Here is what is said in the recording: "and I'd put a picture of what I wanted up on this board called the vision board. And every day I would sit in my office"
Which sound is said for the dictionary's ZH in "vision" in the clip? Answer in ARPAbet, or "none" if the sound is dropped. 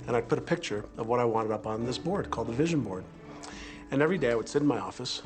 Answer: ZH